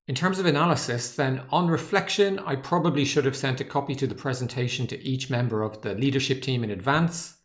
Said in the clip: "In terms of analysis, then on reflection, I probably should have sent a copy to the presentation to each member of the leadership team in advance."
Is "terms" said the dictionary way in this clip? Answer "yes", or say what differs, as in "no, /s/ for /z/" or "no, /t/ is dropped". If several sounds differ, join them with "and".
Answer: yes